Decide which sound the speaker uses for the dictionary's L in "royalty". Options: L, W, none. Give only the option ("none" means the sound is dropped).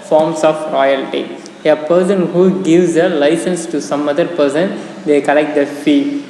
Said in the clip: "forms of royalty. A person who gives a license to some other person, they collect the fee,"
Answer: L